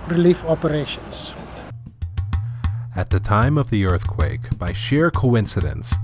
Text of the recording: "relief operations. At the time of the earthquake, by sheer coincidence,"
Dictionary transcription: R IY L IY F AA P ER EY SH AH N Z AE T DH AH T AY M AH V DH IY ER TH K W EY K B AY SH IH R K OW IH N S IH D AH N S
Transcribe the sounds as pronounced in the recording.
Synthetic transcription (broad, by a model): R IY L IY F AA P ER EY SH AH N S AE T DH AH T AY M AH V DH IY ER TH K W EY K B AY SH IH R K OW IH N S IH D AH N S